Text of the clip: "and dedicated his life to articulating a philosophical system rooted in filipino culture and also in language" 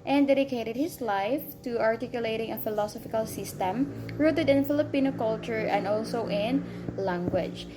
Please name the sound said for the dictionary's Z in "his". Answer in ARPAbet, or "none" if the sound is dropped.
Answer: S